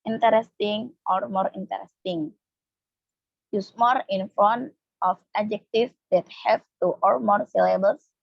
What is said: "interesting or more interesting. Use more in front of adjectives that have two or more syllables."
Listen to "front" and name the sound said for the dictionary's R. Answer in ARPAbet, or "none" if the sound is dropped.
none